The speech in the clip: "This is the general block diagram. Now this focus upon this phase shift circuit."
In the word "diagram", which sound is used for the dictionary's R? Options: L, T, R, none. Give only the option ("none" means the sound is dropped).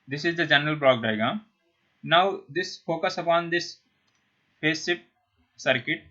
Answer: none